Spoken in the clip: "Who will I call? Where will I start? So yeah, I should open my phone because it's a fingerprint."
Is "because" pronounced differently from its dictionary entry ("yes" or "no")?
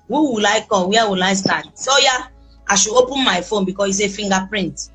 yes